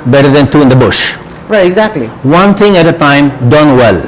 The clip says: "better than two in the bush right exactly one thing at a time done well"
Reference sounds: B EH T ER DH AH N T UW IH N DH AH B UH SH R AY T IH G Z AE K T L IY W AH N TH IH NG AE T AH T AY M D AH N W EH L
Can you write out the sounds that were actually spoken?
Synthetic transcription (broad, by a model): B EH T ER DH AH N T UW IH N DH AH B UH SH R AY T IH G Z AE K T L IY W AH N T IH NG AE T AH T AY M D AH N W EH L